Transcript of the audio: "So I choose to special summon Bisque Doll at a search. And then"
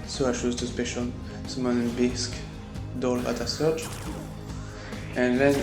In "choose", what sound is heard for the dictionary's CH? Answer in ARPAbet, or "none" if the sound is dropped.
SH